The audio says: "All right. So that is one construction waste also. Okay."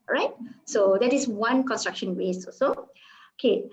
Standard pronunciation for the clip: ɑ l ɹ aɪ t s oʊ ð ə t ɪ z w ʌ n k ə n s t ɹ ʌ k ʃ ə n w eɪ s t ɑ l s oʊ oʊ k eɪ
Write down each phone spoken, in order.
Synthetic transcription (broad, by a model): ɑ ɹ aɪ t s oʊ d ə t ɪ s w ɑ n k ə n s t ɹ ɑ k ʃ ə n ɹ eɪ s ɑ s oʊ oʊ k eɪ